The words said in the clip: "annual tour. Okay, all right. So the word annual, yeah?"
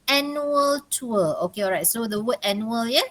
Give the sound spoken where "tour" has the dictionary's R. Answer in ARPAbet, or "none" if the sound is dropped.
L